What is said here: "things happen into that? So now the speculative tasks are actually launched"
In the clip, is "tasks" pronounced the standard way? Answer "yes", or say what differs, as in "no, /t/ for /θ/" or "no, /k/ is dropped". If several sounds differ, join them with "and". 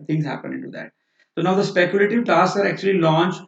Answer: no, /k/ is dropped